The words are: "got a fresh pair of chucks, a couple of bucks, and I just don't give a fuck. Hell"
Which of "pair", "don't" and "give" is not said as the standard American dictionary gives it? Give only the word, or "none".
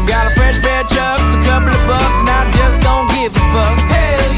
pair